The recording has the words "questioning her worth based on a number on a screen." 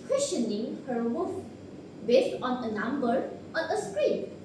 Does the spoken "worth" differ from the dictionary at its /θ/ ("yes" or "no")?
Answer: yes